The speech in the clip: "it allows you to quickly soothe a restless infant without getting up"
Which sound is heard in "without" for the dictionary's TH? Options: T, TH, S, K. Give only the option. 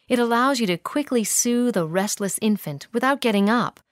TH